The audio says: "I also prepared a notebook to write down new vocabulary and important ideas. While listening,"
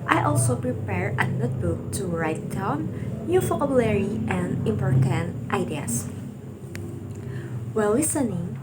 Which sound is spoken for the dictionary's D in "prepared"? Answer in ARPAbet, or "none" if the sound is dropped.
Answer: none